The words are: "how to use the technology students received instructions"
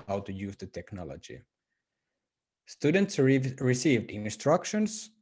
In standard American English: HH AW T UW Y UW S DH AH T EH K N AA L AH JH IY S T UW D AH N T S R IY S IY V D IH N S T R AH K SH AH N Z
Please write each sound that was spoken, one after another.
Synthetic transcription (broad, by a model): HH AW T UW Y UW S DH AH T EH K N AA L AH JH IY S T UW D AH N T S R IY S IY V D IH N S T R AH K SH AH N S